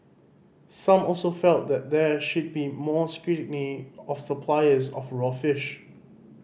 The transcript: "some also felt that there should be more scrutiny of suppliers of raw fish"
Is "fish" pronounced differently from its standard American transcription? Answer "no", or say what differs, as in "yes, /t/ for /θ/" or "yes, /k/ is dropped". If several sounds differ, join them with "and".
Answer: no